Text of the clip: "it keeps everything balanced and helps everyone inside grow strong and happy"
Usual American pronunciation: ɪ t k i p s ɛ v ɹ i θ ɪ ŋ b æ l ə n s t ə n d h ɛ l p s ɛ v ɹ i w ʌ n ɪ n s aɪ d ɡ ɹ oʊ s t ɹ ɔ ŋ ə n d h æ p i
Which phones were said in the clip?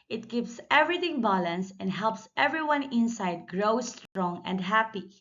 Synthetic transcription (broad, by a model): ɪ t k i p s ɛ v ɹ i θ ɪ ŋ b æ l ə n s ə n d h ɛ l p s ɛ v ɹ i w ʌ n ɪ n s aɪ d ɡ ɹ oʊ s t ɹ ɔ ŋ ə n d h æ p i